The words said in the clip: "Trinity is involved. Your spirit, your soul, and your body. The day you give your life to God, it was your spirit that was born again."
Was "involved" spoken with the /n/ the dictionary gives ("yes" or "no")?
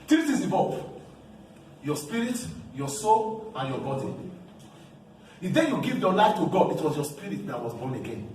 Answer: no